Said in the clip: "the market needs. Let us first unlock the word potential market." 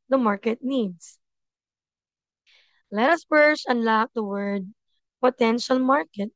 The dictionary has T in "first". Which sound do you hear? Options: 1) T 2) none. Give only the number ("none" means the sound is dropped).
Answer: 2